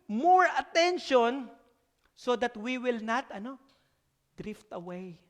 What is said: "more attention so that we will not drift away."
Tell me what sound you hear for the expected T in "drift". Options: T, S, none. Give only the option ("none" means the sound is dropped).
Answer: T